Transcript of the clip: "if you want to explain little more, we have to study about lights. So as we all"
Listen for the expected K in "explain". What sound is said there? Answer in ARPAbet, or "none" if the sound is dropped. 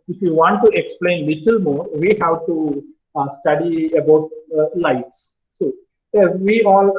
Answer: K